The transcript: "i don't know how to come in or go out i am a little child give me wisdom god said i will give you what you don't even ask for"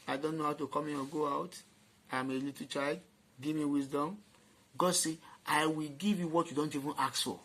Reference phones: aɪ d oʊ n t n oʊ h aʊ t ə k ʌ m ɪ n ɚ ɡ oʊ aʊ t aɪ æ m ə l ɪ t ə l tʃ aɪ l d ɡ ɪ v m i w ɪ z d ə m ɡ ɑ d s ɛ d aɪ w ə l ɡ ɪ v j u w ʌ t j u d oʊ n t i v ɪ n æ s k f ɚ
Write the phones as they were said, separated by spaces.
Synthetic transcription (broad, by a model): aɪ d oʊ n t n oʊ h aʊ t ə k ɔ m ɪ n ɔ ɡ oʊ aʊ t aɪ m ə l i t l tʃ aɪ l d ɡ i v m i w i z d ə m ɡ ɑ d s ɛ aɪ w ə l ɡ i v j u w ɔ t j u d oʊ n t i v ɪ n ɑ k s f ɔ